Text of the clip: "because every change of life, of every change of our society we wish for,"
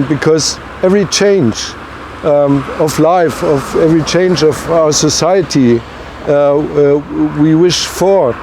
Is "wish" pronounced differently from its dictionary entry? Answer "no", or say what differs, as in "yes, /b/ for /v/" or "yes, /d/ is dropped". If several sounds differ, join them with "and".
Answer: no